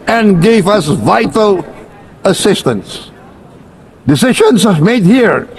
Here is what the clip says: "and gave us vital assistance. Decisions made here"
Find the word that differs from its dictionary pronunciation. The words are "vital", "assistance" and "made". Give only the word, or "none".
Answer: none